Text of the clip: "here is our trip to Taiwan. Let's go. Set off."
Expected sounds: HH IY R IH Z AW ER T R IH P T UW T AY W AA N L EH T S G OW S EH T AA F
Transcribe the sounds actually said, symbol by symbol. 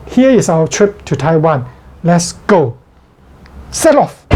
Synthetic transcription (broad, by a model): HH IY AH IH S AW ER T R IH P T UW T AY W AA N L EH T S G OW S EH T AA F